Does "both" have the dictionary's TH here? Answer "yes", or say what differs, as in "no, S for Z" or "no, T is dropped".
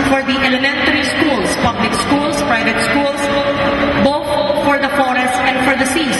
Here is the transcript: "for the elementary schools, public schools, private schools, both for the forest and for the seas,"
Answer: no, T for TH